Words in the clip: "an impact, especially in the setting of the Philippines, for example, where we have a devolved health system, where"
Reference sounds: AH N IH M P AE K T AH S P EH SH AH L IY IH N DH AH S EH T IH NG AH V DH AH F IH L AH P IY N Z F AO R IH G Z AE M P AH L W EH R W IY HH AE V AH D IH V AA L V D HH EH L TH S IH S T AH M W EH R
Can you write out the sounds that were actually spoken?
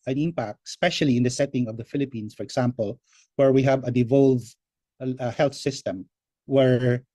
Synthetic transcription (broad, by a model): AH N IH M P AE K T S P EH SH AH L IY IH N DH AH S EH T IH NG AH V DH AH F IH L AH P IY N S F AO R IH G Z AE M P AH L W EH R W IY HH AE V AH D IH V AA L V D HH EH L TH S IH S T AH M W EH R